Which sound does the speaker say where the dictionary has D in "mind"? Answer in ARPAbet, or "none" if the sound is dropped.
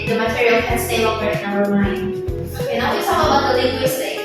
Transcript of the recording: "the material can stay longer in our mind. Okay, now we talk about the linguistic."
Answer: none